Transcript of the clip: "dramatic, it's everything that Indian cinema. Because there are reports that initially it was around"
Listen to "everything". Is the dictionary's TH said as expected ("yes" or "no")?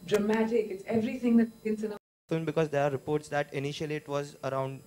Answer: no